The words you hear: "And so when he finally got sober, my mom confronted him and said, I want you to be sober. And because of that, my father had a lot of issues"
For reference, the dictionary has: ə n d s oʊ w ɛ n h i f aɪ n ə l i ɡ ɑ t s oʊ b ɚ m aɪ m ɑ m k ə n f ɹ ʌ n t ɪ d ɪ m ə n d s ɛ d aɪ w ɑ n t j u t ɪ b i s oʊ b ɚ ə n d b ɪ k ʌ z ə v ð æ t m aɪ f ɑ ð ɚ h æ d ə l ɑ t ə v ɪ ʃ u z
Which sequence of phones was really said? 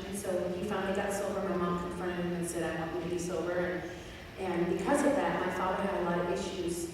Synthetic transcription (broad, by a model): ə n s oʊ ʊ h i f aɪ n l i ɡ ɑ t s oʊ b ɚ m aɪ m ɑ m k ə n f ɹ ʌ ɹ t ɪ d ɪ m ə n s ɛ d aɪ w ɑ t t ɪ b i s oʊ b ɚ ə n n b ɪ k ʌ z ə v ð æ t m aɪ f ɑ ð ɚ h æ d ə l ɑ t ə v ɪ ʃ u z